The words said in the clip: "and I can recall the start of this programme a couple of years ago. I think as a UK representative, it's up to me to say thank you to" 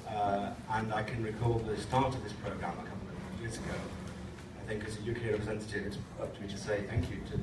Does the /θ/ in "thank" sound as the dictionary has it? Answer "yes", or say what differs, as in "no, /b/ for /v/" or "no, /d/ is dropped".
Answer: yes